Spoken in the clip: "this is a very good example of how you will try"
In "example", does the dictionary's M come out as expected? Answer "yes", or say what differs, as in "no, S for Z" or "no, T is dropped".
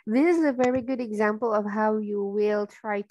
yes